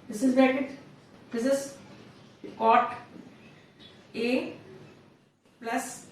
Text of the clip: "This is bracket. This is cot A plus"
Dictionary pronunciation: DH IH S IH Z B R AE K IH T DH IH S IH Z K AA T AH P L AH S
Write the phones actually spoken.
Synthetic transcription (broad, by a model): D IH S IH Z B AE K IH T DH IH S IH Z K AA T AH P L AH S